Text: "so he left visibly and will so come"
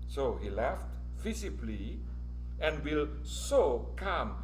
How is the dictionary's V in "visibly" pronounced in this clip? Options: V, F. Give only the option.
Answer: F